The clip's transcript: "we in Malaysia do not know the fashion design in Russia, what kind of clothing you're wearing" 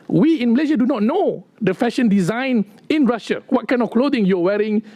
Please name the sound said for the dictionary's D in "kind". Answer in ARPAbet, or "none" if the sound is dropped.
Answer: none